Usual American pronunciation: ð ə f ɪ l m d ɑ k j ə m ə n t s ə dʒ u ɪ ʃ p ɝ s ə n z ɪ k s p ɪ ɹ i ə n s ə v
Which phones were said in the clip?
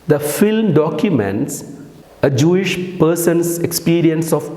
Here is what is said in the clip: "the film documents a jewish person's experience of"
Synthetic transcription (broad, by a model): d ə f ɪ l m d ɑ k j ə m ə n t s ə dʒ u ɪ ʃ p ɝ s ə n s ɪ k s p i ɹ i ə n s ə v